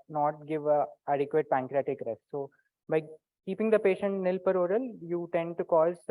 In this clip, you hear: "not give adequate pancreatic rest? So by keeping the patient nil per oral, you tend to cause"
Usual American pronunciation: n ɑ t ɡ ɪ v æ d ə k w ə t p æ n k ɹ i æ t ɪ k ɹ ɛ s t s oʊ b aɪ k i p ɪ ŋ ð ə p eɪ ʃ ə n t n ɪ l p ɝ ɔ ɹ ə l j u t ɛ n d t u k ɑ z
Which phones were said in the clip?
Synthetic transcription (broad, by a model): n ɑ t ɡ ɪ v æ d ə k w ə t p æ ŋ k ɹ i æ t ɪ k ɹ ɛ s t s oʊ b aɪ k i p ɪ ŋ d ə p eɪ ʃ ə n t n ɪ l p ɝ ɔ ɹ ə l j u t ɛ n d t u k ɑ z